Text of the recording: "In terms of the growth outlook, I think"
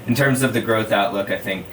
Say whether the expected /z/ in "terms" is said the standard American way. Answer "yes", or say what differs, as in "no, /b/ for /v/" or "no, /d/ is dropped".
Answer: yes